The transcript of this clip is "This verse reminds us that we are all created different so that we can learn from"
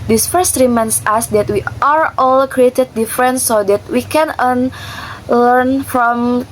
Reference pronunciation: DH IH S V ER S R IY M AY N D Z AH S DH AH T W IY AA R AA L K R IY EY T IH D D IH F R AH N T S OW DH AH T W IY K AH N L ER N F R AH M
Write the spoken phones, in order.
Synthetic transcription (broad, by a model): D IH S F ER S R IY M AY N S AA S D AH T W IY AA R AA L K R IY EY T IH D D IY F R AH N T S OW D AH T W IY K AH N L ER N F R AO M